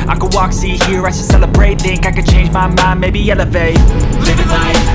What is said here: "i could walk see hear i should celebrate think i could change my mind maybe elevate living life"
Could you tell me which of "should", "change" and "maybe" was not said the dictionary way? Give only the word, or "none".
should